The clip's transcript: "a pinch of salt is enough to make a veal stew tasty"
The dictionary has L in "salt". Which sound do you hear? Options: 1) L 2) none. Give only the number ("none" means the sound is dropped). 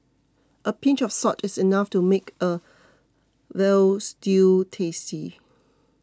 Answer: 2